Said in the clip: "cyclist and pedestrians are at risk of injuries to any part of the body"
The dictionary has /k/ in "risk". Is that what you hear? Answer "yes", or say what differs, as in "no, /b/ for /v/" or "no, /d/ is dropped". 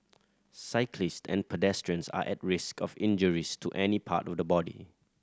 yes